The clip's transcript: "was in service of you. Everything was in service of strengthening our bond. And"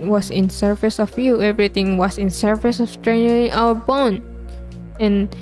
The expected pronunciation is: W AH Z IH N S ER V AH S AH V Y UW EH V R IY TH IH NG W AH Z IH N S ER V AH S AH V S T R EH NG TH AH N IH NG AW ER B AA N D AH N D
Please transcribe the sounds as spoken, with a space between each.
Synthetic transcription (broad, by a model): W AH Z IH N S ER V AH S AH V Y UW EH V R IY T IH NG W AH S IH N S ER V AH S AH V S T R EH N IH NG AW ER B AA N AH N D